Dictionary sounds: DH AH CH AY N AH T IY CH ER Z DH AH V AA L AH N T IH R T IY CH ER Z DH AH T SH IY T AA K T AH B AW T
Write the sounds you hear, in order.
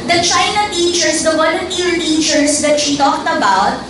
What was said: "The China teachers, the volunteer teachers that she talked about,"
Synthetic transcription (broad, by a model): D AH CH AY N AH T IY CH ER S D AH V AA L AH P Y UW L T IY CH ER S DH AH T SH IY T AA K T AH B AW T